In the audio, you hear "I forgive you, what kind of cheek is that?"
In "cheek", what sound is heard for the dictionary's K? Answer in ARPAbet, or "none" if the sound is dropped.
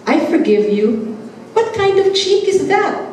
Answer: K